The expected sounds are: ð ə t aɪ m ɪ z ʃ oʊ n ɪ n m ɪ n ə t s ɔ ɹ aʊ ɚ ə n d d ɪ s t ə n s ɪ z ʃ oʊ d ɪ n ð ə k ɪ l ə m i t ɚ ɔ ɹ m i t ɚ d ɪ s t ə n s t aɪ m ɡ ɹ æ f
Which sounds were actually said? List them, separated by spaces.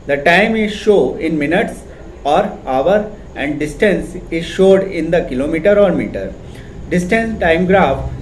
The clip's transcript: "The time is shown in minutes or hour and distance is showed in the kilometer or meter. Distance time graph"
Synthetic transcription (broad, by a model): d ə t aɪ m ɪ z ʃ oʊ ɪ n m ɪ n ə t s ɔ ɹ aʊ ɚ ə n d d ɪ s t ə n s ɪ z ʃ oʊ d ɪ n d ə k ɪ l ə m i t ɚ ɔ ɹ m i t ɚ d ɪ s t ə n s t aɪ m ɡ ɹ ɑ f